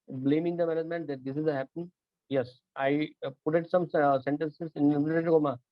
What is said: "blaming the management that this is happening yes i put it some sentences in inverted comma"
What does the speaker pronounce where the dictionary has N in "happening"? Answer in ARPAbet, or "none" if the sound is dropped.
none